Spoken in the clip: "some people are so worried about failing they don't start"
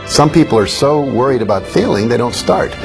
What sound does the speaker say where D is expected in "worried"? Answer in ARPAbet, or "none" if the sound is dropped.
D